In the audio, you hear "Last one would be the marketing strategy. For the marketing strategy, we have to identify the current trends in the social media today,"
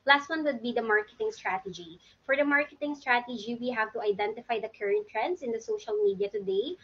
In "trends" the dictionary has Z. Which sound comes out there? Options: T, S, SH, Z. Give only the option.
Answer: S